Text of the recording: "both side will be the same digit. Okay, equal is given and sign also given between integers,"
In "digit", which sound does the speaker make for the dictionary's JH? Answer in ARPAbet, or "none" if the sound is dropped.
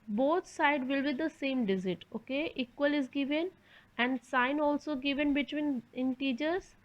Z